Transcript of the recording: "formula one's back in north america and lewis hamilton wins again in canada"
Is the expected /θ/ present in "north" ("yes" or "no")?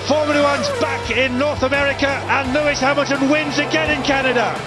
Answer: yes